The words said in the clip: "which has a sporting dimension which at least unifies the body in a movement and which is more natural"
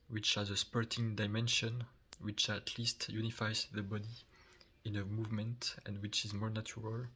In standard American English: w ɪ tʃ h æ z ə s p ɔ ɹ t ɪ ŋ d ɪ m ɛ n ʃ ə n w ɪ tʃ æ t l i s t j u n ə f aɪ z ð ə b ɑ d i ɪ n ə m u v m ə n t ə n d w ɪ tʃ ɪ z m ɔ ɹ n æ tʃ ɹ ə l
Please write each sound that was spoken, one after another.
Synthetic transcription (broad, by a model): w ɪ tʃ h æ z ə s p ɔ ɹ t ɪ ŋ d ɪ m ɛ n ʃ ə n w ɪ tʃ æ t l i s t j u n ə f aɪ z ð ə b ɑ d i ɪ n ə m u v m ə n t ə n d w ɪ tʃ ɪ z m ɔ ɹ n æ tʃ ɹ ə l